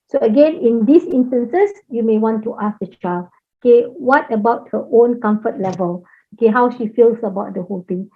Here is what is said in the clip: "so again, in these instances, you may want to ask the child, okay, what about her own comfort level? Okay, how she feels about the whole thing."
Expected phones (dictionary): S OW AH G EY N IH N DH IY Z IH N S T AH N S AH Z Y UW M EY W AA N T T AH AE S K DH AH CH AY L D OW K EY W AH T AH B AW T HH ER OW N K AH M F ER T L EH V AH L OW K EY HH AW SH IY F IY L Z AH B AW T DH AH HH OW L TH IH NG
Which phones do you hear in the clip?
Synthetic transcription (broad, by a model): S OW AH G EY N IH N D IY S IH N S T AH N S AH S Y UW M EY W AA N T T AH S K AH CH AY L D OW K EY W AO T AH B AW T HH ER OW N K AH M F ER T L EH V AH L OW K EY HH AW SH IY F IY L S AH B AW T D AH HH OW L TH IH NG